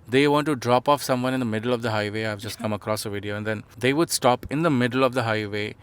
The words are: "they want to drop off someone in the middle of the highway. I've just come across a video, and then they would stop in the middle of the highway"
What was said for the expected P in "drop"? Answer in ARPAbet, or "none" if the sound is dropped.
P